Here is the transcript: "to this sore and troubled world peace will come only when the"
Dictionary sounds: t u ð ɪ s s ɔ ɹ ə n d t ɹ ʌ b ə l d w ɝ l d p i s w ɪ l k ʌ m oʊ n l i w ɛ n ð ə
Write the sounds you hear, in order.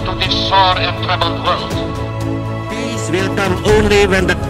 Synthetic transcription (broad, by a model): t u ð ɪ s s ɔ ɹ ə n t ʌ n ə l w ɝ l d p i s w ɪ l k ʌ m oʊ n l i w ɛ n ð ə